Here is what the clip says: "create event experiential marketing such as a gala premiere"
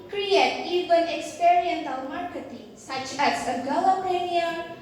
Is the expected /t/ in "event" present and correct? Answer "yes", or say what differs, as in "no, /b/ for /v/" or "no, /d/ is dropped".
no, /t/ is dropped